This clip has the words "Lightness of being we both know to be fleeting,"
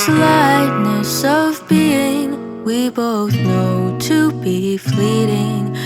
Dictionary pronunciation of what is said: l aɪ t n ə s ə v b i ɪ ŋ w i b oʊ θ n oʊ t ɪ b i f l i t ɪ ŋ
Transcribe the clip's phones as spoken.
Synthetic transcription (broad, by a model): l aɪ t n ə s ə v b i ɪ ŋ w i b oʊ θ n oʊ t ɪ b i f l i t ɪ ŋ